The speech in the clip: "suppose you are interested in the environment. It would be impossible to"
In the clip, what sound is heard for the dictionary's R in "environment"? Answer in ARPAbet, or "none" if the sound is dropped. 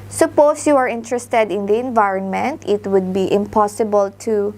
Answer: R